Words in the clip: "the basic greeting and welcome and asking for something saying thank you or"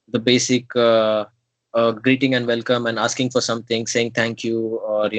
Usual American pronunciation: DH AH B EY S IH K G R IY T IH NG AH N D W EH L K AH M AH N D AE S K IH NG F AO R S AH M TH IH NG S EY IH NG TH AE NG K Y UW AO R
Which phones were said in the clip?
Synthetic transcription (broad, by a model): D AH B EY S IH K G R IY T IH NG AH N D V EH L K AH M AH N D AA S K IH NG F AO R S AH M T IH NG S EY IH NG T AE NG K Y UW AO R